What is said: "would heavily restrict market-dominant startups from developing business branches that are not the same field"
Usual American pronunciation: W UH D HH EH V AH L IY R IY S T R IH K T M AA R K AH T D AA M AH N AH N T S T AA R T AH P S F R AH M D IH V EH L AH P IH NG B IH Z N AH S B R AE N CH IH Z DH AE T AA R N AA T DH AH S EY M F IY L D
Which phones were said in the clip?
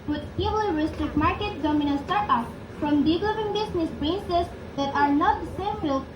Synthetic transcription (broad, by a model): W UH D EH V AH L R IY S T R IH K T M AA R K AH T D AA M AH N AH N S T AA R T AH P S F R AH M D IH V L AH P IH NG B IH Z N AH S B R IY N S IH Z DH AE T AA R N AA T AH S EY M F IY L